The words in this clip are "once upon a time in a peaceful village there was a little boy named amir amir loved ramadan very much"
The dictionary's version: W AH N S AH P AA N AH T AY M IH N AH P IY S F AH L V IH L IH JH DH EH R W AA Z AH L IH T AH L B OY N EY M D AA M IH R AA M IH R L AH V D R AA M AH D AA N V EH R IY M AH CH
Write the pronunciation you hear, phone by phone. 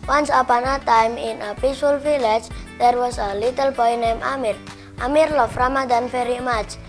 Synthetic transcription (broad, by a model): W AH N S AH P AA N AH T AY M IH N AH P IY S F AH L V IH L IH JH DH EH R W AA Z AH L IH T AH L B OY N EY M AA M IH R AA M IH R L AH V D R AA M AH D AA N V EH R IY M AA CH